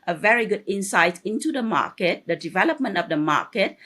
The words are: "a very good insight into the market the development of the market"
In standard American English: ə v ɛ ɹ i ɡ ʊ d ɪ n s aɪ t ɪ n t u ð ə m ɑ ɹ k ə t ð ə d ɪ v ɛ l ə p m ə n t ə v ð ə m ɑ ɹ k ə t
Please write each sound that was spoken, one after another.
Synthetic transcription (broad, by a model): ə v ɛ ɹ i ɡ ʊ d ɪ n s aɪ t ɪ n t u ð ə m ɑ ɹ k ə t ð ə d ɪ v ɛ l ə p m ə n t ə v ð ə m ɑ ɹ k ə t